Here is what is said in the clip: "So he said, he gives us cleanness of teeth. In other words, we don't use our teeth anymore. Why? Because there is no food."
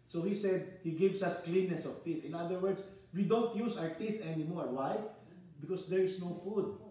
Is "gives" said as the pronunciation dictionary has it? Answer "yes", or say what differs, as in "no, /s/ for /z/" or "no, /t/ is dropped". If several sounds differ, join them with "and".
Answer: no, /s/ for /z/